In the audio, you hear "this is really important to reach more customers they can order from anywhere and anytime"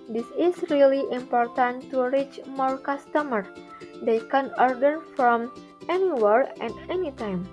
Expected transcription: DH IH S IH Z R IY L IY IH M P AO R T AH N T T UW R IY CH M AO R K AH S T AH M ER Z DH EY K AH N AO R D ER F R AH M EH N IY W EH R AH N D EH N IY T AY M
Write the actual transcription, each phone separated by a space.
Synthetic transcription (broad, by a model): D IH S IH S R IY L IY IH M P AO R T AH N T T UW R IY CH M AO R K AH S T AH M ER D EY K AH N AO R D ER F R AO M EH N IY W EH R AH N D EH N IY T AY M